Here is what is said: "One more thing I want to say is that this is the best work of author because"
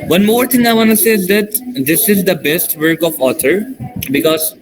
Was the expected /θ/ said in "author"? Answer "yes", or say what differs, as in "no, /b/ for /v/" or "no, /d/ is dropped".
no, /t/ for /θ/